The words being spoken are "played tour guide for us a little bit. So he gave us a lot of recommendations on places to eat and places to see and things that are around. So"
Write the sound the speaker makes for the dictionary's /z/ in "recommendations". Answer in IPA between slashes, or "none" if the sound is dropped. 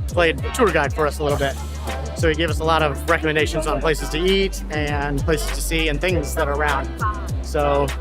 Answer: /z/